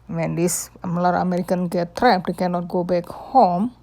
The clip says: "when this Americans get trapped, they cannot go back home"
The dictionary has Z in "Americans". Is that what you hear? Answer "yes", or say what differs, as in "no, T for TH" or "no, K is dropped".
no, Z is dropped